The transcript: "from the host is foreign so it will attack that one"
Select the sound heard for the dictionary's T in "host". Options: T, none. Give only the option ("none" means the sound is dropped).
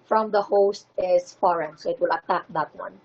T